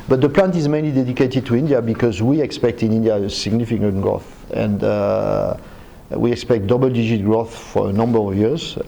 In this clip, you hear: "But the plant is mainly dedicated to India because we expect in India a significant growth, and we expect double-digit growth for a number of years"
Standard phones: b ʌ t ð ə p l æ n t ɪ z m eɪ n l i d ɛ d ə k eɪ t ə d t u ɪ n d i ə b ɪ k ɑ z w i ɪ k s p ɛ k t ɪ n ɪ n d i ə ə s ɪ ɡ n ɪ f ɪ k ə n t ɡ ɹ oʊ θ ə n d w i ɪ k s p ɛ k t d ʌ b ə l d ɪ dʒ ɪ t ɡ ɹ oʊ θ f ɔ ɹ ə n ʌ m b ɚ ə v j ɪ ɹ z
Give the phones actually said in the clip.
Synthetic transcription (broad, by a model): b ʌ t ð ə p l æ n t ɪ z m eɪ n l i d ɛ d ə k eɪ t ə d t u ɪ n d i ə b ɪ k ɑ z w i ɪ k s p ɛ k t ɪ n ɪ n d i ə ə s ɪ ɡ n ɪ f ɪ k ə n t ɡ ɹ oʊ θ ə n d w i ɪ k s p ɛ k t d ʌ b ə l d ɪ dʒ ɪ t ɡ ɹ oʊ θ f ɔ ɹ ə n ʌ m b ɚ ə v j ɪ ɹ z